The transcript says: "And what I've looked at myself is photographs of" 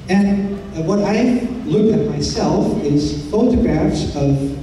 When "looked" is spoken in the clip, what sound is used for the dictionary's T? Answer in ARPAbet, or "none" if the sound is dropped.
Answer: none